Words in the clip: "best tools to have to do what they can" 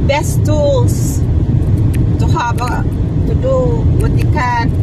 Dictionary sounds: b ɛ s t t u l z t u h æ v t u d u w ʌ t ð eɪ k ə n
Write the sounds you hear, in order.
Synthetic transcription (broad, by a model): b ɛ s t t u l s t u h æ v t u d u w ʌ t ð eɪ k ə n